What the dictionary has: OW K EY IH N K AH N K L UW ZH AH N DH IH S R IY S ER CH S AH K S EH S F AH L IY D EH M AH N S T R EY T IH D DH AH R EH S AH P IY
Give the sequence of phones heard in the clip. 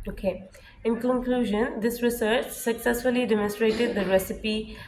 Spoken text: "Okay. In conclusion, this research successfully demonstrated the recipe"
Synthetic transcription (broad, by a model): OW K EY IH N K AH N K L UW ZH AH N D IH S R IY S ER CH S AH K S EH S F AH L IY D EH M AH N S T R EY T IH D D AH R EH S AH P IY